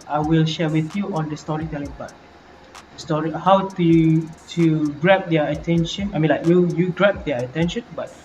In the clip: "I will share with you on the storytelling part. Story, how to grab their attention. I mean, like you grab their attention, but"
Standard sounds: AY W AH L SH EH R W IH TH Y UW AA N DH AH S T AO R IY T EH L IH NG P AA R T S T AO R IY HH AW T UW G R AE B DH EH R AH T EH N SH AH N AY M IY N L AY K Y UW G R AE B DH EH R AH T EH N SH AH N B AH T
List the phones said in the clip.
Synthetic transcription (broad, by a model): AY W AH L SH EH W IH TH Y UW AA N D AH S T AO R IY T EH L IH NG B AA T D S T AO R IY HH AW T UW G R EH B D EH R AH T EH N SH AH N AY M IY N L AY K Y UW G R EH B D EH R AH T EH N SH AH N B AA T